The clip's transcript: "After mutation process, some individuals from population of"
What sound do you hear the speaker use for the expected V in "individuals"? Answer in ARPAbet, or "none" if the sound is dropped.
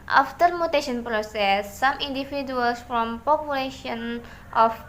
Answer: F